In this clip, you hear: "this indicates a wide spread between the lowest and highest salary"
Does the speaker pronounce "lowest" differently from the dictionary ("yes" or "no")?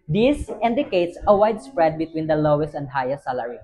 no